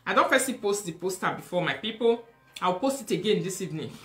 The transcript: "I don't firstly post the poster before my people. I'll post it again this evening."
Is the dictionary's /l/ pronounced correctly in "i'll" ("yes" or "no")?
no